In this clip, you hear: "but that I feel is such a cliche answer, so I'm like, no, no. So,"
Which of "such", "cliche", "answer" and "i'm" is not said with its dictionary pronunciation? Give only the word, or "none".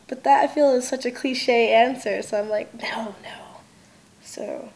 none